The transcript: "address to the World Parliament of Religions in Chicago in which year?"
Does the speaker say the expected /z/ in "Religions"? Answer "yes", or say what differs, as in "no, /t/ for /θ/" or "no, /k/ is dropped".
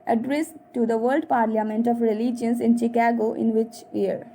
no, /s/ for /z/